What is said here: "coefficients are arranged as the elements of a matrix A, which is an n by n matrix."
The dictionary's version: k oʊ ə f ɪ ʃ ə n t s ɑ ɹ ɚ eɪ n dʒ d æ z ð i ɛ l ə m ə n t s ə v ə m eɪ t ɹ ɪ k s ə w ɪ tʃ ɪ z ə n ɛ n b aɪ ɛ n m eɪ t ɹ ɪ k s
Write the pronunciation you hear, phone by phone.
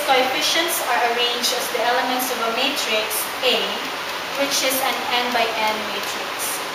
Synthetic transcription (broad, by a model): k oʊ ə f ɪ ʃ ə n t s ɑ ɹ ɚ eɪ n dʒ d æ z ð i ɛ l ə m ə n t s ə v ə m eɪ t ɹ ɪ k s ə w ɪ tʃ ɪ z ə n ɛ n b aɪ ɛ n m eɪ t ɹ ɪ k s